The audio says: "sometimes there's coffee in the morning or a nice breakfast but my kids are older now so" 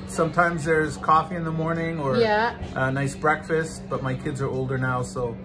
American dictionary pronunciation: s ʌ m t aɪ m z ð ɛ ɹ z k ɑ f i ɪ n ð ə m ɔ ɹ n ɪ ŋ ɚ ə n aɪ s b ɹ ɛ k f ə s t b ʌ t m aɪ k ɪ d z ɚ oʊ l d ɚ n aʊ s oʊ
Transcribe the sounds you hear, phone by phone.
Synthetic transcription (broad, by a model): s ʌ m t aɪ m z ð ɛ ɹ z k ɑ f i ɪ n ð ə m ɔ ɹ n ɪ ŋ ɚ ə n aɪ s b ɹ ɛ k f ə s t b ʌ t m aɪ k ɪ d z ɚ oʊ l d ɚ n aʊ s oʊ